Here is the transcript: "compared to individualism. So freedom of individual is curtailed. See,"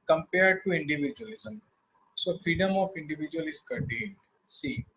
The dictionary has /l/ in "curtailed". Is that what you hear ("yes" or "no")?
no